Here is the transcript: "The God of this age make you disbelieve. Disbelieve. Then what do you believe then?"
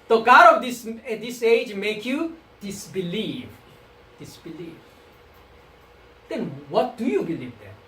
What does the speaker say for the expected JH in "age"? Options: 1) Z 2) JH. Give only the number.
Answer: 2